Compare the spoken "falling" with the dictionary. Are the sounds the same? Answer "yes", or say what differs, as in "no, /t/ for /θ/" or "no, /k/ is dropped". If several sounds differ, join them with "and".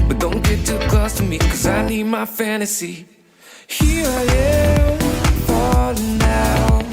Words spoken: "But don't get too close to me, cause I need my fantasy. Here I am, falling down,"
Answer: no, /n/ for /l/